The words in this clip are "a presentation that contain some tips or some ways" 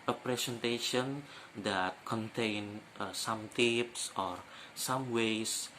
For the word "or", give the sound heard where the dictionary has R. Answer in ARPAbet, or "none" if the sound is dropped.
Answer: R